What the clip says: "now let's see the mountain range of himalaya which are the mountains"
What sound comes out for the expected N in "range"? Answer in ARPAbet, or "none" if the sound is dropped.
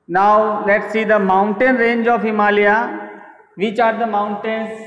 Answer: N